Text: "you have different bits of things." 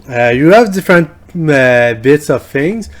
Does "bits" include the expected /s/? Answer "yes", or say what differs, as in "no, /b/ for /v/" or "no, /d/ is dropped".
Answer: yes